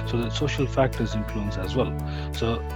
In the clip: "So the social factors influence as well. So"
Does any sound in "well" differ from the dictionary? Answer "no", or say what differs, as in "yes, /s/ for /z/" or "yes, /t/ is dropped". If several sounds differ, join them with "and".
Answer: no